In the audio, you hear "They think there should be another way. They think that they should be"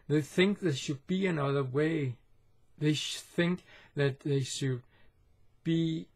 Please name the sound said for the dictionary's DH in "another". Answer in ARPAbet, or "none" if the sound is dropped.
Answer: DH